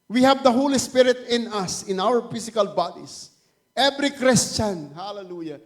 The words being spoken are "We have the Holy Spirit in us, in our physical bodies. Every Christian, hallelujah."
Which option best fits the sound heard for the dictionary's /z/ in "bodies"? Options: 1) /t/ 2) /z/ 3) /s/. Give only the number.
3